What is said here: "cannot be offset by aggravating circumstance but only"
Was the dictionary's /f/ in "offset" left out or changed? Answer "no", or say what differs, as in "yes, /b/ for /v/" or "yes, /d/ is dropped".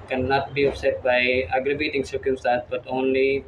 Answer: yes, /p/ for /f/